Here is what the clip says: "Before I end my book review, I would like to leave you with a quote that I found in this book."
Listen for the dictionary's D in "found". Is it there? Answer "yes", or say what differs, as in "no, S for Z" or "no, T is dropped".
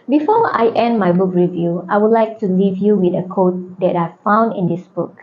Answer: yes